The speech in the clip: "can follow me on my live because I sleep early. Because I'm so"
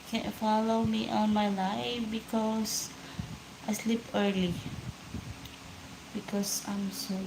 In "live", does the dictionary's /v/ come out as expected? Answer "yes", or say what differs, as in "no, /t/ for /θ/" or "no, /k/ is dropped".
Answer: no, /f/ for /v/